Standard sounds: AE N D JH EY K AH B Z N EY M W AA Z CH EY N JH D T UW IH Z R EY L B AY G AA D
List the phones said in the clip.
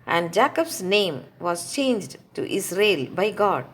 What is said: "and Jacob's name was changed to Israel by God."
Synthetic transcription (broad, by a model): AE N D JH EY K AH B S N EY M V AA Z CH EY N JH D T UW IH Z R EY L B AY G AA D